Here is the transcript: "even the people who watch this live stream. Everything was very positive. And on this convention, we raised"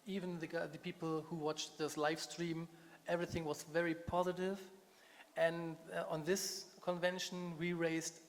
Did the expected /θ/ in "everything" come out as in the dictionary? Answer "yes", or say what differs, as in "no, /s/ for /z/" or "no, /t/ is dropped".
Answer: yes